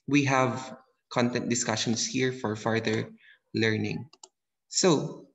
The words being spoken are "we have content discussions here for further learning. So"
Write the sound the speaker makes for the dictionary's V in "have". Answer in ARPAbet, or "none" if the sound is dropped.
V